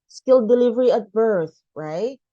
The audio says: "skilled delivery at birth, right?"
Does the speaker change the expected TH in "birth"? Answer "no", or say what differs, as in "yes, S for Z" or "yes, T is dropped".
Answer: no